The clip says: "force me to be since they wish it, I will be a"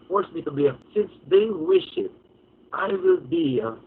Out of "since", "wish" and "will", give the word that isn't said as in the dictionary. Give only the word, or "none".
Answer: none